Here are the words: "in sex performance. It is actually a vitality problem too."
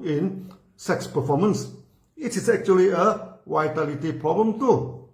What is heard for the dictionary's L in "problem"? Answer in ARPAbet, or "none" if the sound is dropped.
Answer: L